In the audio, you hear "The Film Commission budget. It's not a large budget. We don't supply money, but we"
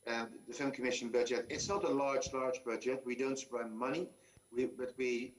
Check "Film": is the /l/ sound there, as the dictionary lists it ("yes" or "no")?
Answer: no